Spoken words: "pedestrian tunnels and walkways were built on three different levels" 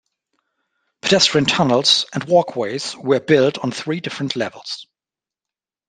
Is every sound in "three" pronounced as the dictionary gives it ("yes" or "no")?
yes